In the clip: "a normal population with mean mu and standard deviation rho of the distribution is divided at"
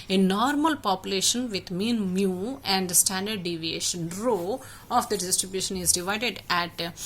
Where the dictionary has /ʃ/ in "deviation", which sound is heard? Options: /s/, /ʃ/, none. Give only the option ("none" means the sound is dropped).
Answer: /ʃ/